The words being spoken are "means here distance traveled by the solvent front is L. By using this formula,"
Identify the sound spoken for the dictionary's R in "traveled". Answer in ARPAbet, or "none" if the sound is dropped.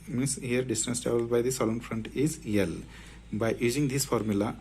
none